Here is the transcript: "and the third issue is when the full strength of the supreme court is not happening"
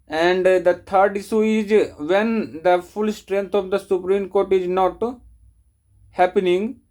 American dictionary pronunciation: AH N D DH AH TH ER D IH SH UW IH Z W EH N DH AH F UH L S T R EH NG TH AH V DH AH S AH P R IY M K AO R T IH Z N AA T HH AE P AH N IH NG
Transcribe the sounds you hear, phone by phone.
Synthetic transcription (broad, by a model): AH N D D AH T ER D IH S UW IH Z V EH N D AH F UH L S T R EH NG T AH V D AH S AH P R IY M K AO R T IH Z N AA T HH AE P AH N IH NG